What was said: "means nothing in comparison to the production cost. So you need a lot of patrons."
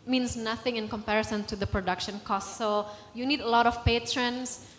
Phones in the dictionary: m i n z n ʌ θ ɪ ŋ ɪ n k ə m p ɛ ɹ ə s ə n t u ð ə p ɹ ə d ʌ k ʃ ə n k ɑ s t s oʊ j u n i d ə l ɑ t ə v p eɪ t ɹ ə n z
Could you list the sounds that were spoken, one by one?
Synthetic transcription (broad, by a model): m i n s n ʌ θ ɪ ŋ ɪ n k ə m p ɛ ɹ ə s ə n t u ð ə p ɹ ə d ʌ k ʃ ə n k ɑ s t s oʊ j u n i d ə l ɑ t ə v p eɪ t ɹ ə n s